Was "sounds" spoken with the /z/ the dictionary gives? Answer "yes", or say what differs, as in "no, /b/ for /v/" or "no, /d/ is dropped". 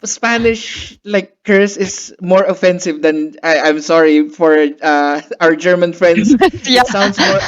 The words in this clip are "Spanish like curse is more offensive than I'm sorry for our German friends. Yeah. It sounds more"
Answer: no, /s/ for /z/